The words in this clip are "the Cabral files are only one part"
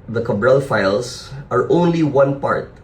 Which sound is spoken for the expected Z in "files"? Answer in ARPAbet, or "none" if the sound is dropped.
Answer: S